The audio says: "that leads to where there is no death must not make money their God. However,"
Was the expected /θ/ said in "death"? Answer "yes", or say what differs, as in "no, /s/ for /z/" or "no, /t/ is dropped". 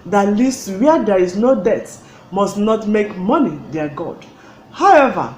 no, /t/ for /θ/